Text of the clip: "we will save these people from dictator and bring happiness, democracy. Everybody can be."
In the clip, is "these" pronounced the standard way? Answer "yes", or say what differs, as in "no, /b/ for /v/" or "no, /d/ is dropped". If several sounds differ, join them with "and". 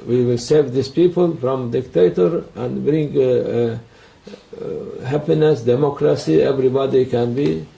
no, /s/ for /z/